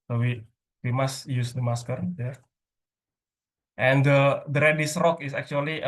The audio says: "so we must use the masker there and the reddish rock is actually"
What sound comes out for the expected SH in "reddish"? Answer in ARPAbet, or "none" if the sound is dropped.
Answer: S